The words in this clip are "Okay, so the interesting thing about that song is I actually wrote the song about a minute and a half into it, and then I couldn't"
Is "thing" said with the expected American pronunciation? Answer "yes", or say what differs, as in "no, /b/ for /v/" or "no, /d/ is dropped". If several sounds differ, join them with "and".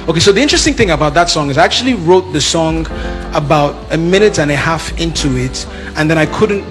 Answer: yes